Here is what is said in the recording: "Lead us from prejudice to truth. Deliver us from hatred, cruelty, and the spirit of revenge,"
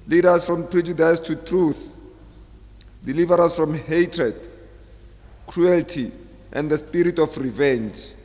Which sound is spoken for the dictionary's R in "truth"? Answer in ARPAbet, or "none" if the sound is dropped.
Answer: R